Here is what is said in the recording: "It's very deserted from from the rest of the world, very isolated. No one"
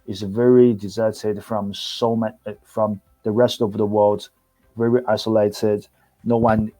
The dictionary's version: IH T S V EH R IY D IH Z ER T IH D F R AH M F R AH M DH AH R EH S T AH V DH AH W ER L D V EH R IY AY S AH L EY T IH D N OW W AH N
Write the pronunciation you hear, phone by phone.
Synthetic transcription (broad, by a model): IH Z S V EH R IY D IH Z ER T IH D F R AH M F R AH M DH AH R EH S T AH V DH AH W ER L D V EH R IY AY S AH L EY T IH D N OW W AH N